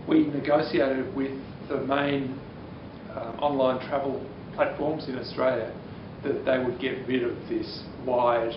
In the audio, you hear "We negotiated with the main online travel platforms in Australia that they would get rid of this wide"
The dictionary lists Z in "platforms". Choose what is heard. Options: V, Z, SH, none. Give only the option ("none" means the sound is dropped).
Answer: Z